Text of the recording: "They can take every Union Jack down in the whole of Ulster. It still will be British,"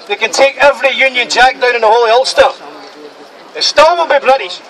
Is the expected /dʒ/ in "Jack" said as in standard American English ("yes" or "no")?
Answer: yes